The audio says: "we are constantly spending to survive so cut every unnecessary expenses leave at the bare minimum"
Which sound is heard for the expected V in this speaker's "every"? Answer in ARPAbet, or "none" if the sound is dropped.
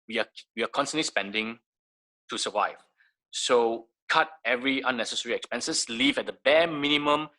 V